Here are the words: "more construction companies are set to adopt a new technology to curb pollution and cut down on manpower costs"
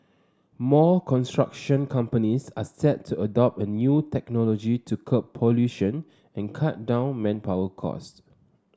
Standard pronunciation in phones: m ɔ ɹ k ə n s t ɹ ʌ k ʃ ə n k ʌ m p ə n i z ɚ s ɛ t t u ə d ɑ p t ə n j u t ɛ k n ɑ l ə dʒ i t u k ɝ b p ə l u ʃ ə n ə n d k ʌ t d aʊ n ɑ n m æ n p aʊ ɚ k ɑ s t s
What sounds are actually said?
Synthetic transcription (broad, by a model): m ɔ k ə n s t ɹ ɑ k ʃ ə n k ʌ m p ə n i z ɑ s ɛ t t u ə d ɑ p t ə n j u t ɛ k n ɑ l ə dʒ i t u k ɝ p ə l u ʃ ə n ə n k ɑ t d aʊ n n m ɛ n p aʊ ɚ k ɑ s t